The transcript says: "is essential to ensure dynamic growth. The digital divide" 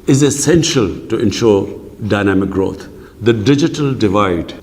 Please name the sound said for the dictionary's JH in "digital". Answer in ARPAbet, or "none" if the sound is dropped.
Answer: JH